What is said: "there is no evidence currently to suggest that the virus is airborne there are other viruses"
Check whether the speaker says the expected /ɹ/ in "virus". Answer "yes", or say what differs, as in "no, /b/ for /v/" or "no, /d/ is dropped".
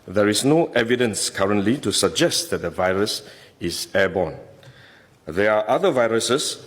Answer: yes